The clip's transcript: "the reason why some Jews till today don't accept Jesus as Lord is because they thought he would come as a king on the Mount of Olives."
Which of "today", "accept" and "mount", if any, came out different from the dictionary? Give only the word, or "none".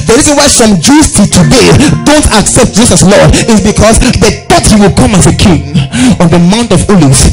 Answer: none